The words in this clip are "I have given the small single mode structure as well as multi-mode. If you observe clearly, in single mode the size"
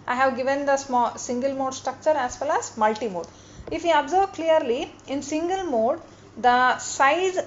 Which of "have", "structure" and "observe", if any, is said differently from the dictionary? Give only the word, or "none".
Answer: observe